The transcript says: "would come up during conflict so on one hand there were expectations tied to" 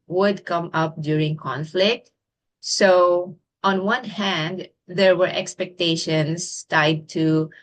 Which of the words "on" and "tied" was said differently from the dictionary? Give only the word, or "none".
none